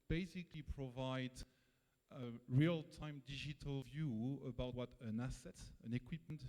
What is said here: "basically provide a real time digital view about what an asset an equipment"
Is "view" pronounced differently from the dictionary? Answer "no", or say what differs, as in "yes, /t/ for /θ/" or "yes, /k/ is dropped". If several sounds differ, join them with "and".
no